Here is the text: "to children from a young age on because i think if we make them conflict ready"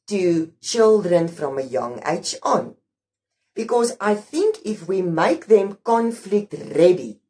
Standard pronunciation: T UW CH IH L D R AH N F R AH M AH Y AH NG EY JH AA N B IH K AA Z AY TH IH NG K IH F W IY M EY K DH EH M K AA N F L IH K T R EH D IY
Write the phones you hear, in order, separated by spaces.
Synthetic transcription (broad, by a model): T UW CH IH L D R AH N F R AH M AH Y AH NG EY CH AA N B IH K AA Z AY TH IH NG K IH F W IY M EY K DH EH M K AA N F L IH K T R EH D IY